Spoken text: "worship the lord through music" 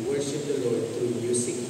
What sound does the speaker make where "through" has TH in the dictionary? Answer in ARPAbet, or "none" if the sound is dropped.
T